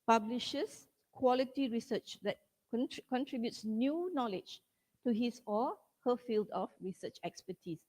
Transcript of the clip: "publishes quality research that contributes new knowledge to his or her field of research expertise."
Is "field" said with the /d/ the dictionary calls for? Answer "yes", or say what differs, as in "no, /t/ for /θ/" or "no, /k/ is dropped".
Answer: yes